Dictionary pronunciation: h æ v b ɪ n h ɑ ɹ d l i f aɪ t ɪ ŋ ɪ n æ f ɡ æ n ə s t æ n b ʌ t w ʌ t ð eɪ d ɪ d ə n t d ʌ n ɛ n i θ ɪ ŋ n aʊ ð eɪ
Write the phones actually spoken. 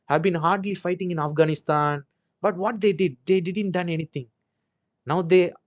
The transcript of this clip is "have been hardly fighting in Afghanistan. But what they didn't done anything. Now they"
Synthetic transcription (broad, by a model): h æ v b ɪ n h ɑ ɹ d l i f aɪ t ɪ ŋ ɪ n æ f ɡ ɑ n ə s t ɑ n b ʌ t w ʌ t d eɪ d ɪ d ə n t d ʌ n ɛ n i t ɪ ŋ n aʊ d eɪ